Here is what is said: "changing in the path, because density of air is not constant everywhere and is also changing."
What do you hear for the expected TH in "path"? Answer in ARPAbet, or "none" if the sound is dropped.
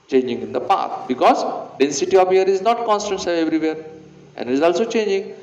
T